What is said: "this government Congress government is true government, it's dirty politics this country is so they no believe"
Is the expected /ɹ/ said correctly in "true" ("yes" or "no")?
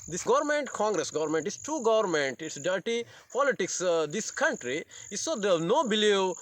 no